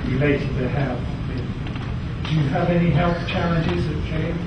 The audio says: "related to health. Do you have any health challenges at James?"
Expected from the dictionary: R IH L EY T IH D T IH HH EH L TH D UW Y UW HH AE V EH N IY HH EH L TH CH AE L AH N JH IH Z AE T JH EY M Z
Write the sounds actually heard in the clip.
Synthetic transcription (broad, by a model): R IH L EY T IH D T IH HH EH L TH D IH Y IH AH V EH N IY HH EH L TH CH AE L AH N JH IH Z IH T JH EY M